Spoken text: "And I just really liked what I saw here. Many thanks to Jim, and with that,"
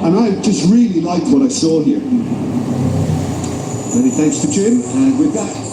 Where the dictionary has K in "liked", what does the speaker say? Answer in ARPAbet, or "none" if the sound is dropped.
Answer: K